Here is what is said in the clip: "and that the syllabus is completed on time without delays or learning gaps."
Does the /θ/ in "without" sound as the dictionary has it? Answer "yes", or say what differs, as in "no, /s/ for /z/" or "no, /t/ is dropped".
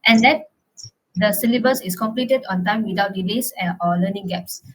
no, /t/ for /θ/